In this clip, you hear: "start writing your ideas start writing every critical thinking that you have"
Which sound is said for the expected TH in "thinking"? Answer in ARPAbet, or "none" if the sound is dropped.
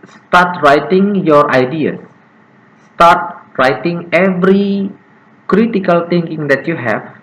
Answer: T